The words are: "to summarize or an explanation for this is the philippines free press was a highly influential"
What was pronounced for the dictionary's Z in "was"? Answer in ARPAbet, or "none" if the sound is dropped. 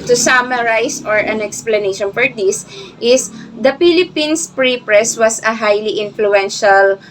S